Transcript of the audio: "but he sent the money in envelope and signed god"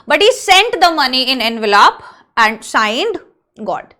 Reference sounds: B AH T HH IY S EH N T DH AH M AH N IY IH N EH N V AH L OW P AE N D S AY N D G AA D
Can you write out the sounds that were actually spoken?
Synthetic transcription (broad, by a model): B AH T HH IY S EH N T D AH M AH N IY IH N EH N V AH L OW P AE N D S AY N D G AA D